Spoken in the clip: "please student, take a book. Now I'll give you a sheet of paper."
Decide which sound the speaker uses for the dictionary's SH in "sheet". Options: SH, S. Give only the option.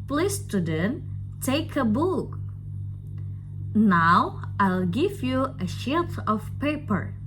SH